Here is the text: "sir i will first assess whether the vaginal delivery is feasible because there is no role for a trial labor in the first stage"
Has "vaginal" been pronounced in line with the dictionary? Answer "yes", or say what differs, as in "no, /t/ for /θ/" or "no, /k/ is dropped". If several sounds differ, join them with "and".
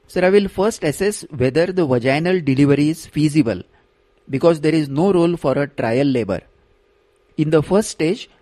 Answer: yes